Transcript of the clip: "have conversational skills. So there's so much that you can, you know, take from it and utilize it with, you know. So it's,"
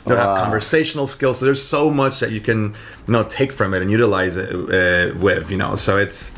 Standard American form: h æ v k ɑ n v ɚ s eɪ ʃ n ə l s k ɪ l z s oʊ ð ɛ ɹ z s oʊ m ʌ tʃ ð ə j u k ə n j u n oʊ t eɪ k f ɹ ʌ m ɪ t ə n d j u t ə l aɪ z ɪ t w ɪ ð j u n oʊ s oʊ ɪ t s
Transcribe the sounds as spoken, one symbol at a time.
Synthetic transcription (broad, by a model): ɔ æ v k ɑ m v ɚ s eɪ ʃ n l s k ɪ l z s oʊ ð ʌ ɹ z s oʊ m ʌ tʃ ð ə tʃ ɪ k ə n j n oʊ t eɪ k f ɹ ʌ m ɪ t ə n j u t ə l aɪ z ɪ t w ɪ ð j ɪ n oʊ s oʊ ɪ t s